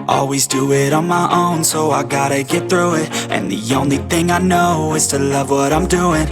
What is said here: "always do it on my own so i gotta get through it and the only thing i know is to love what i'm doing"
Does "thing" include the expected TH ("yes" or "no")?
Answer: yes